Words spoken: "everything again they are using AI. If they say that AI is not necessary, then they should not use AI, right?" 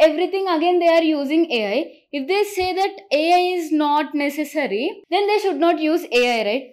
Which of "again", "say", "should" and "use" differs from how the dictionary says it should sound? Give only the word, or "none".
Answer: none